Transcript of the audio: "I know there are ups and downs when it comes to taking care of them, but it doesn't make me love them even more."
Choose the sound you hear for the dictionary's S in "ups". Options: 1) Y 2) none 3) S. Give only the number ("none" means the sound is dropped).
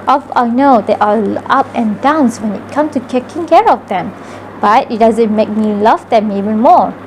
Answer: 2